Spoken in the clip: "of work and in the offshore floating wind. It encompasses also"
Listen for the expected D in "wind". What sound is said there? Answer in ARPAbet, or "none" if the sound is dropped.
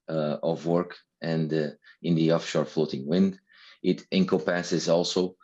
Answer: D